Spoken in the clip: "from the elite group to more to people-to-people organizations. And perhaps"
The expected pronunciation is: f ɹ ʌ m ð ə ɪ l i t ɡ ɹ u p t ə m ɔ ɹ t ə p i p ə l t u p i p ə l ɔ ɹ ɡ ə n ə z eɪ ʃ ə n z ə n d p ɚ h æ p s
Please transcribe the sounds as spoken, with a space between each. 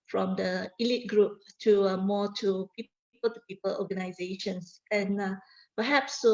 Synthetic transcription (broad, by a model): f ɹ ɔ m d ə ɪ l i t ɡ ɹ u p t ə m ɔ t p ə p i p ə l t u p i p ə l ɔ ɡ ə n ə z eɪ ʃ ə n s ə n p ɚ h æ p s